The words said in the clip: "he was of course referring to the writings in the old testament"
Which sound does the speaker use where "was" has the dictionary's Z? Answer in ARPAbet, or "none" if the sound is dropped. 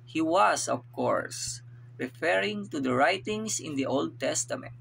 S